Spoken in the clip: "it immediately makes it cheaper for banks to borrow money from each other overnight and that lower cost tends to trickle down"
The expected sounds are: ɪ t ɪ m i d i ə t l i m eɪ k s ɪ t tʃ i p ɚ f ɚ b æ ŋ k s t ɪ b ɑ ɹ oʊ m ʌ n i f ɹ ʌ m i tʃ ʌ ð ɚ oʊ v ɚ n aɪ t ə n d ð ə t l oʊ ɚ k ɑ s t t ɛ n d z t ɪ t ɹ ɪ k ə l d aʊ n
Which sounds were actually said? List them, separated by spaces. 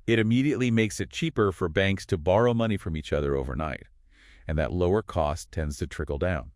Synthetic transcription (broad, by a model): ɪ t ɪ m i d i ə t l i m eɪ k s ɪ t tʃ i p ɚ f ɚ b æ ŋ k s t ɪ b ɑ ɹ oʊ m ʌ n i f ɹ ʌ m i tʃ ʌ ð ɚ oʊ v ɚ n aɪ t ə n ð ə t l oʊ ɚ k ɑ s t t ɛ n d z t ɪ t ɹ ɪ k l d aʊ n